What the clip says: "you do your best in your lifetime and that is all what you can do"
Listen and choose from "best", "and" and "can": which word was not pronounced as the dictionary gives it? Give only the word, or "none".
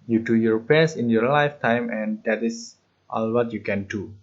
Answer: best